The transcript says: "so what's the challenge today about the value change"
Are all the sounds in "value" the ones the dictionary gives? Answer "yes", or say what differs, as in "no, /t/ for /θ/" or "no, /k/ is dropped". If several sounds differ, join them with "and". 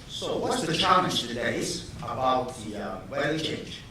no, /w/ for /v/